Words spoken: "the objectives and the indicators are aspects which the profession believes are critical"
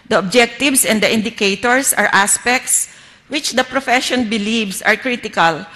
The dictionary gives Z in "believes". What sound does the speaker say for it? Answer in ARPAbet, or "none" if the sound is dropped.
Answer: S